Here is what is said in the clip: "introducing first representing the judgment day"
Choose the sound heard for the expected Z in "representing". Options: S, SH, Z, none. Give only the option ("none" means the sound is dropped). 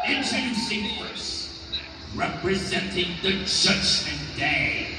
Z